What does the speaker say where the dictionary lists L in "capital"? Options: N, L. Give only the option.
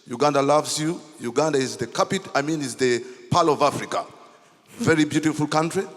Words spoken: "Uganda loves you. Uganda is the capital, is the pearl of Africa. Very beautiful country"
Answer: N